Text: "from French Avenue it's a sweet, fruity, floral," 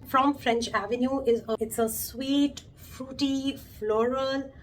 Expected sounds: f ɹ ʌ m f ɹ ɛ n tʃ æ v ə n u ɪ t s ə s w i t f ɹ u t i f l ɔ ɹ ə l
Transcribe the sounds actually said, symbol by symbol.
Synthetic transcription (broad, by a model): f ɹ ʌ m f ɹ ɛ n tʃ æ v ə n u ɪ t s ə s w i t f ɹ u t i f l ɔ ɹ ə l